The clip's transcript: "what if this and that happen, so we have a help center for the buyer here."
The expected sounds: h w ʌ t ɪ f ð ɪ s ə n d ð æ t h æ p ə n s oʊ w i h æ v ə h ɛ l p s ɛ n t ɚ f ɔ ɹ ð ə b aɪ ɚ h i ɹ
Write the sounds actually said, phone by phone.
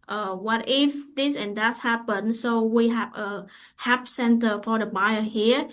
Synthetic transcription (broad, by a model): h w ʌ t ɪ f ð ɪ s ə n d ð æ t h æ p ə n s oʊ w i h æ v ə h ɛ p s ɛ n t ɚ f ɔ ɹ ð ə b aɪ ɚ h i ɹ